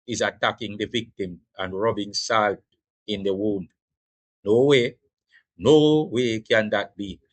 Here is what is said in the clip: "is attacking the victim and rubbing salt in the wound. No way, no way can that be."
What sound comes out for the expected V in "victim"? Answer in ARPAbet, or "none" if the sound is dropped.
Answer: V